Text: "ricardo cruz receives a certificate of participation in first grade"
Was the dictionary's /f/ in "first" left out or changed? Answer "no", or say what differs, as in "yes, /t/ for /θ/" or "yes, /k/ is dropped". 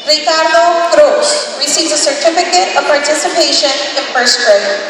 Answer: yes, /p/ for /f/